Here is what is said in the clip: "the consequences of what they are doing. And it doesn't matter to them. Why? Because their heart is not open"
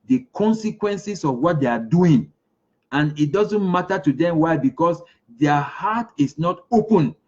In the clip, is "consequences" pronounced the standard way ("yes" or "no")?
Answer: no